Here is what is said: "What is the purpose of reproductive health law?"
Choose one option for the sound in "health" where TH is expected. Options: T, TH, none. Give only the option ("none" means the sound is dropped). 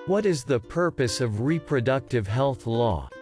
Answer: TH